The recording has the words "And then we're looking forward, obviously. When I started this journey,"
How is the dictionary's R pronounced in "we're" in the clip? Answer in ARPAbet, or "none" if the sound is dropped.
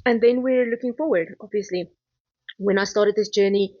R